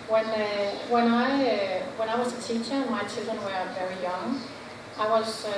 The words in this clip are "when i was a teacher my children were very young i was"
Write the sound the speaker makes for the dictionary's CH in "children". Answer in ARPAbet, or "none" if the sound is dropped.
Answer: CH